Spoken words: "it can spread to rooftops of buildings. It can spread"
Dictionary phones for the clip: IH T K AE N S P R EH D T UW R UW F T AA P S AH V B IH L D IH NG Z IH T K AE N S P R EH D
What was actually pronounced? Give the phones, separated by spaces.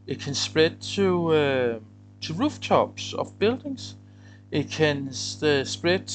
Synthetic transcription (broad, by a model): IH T K AE N S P R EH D S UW R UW F S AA B S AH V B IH L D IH NG S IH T K AE N S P R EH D